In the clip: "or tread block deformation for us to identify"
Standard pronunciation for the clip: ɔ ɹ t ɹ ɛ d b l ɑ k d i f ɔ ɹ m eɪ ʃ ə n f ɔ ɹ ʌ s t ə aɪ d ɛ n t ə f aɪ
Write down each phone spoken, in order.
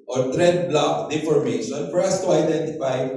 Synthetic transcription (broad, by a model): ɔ ɹ t ɹ ɛ d b l ɑ k d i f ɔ ɹ m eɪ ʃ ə n f ɔ ɹ ʌ s t ə aɪ d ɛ n t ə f aɪ